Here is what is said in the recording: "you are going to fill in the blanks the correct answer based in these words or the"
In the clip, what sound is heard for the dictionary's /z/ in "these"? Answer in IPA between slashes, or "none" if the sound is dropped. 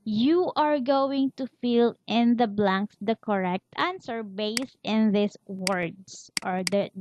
/s/